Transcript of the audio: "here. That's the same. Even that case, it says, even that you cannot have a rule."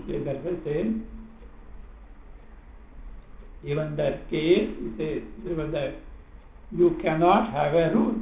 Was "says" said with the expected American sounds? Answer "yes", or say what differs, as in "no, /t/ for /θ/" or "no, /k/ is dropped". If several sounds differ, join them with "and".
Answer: no, /z/ is dropped